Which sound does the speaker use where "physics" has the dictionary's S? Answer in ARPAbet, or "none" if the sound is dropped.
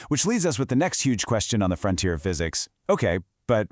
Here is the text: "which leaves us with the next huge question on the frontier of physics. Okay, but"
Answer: S